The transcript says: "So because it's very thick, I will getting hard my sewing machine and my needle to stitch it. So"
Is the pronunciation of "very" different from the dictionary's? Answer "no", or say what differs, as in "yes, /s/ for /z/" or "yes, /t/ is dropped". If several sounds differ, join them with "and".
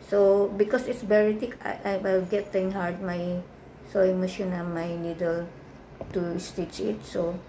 yes, /b/ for /v/